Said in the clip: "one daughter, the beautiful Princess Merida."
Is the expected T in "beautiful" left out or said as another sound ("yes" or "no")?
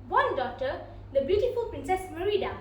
no